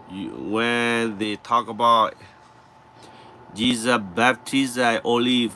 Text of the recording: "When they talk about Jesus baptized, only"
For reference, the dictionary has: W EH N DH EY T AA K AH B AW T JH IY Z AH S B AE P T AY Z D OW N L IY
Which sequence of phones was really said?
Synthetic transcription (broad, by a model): W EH N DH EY T AA K AH B AW T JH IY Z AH B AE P T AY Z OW L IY